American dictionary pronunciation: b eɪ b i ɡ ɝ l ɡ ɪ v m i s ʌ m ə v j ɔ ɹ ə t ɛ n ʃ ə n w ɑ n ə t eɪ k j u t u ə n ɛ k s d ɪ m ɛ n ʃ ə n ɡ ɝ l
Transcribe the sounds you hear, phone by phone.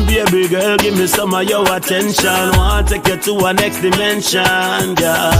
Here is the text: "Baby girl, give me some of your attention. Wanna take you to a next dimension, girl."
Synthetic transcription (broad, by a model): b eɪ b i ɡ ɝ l ɡ ɪ v m i s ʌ m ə j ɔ w ə t ɛ n ʃ ə n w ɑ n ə t eɪ k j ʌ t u ə n ɛ k s d ɪ m ɛ n ʃ ə n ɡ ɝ